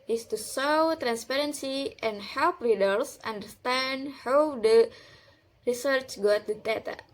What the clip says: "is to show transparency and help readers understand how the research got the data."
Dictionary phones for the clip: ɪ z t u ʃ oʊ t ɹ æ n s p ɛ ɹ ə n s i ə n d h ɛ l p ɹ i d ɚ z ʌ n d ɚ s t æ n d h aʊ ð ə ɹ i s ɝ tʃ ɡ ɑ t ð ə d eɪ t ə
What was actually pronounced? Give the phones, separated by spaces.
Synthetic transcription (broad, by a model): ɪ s t u s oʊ t ɹ æ n s p ɛ ɹ ə n s i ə n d h ɛ l p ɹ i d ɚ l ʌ n d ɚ s t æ n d h aʊ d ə ɹ i s ɝ tʃ ɡ ɑ t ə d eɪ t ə